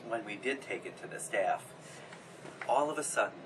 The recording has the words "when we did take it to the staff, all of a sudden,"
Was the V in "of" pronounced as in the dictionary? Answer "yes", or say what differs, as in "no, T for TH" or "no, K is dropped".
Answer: yes